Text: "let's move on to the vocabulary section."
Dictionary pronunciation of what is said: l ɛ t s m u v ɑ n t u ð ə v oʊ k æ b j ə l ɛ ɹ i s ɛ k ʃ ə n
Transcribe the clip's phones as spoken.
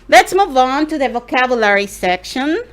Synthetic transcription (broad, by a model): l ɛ t s m u v ɑ n t u ð ə v oʊ k æ b j ə l ɛ ɹ i s ɛ k ʃ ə n